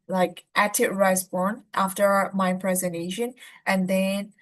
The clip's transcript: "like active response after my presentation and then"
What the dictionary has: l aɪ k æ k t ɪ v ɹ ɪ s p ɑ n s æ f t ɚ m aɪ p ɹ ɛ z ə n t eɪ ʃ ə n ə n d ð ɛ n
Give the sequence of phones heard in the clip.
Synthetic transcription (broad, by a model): l aɪ k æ t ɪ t ɹ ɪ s b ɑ n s æ f t ɚ m aɪ p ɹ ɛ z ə n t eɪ ʃ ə n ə n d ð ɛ n